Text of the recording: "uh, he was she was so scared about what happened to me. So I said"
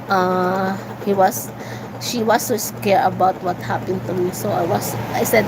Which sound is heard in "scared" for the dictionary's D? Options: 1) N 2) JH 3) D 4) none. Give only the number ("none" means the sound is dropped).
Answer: 4